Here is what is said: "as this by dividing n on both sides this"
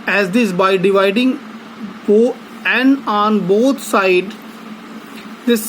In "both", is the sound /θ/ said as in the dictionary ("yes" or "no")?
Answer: no